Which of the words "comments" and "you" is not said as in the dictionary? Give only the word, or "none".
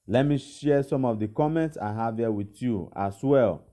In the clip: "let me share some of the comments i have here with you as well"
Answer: none